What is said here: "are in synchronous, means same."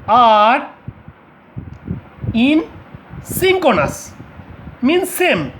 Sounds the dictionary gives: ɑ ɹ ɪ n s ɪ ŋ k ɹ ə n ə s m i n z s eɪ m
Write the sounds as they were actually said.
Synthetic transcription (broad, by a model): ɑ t ɪ n s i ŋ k ə n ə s m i n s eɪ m